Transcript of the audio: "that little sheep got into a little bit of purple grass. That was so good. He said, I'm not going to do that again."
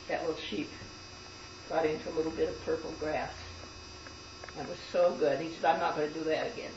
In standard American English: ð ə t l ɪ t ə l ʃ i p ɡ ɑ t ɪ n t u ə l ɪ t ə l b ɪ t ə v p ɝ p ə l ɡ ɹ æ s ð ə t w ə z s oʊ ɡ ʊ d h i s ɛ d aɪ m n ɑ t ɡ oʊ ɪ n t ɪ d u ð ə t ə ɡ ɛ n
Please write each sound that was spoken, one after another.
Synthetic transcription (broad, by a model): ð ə t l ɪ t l ʃ i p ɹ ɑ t ɪ n t u ə l ɪ t l b ɪ t ə v p ɝ p l ɡ ɹ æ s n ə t w ə z s oʊ ɡ ʊ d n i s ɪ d aɪ m n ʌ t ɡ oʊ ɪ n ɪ d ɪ ð ə t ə ɡ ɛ n